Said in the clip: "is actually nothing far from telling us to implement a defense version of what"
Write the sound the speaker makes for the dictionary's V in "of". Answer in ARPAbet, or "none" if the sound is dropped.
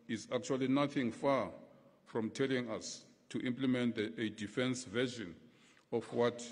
F